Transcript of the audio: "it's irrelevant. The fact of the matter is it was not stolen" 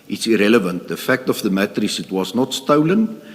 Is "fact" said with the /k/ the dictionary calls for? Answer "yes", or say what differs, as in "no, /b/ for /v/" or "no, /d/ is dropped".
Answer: yes